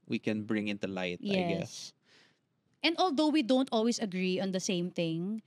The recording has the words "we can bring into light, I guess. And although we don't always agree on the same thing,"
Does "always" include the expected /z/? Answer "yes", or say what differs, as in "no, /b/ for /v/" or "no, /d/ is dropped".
no, /s/ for /z/